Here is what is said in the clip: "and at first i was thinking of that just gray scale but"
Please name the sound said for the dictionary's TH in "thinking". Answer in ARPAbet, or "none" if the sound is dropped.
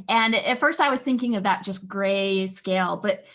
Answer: TH